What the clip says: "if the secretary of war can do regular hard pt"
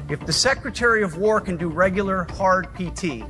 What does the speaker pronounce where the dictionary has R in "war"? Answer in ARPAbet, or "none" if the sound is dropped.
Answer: R